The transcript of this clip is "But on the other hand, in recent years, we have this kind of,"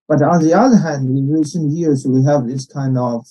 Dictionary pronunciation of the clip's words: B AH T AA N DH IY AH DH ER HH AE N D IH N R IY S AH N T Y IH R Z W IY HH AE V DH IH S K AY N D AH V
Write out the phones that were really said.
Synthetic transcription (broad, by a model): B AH T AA N DH IY AH DH ER HH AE N D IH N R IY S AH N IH Y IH R S W IY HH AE V DH IH S K AY N D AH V